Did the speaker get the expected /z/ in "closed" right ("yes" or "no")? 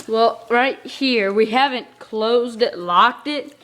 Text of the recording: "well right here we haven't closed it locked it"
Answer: yes